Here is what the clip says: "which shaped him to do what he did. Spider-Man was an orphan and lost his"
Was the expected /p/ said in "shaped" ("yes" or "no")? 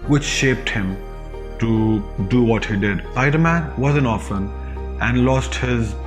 yes